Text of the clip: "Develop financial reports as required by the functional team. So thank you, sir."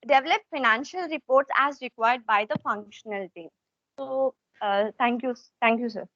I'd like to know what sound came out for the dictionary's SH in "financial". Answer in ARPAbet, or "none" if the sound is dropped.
SH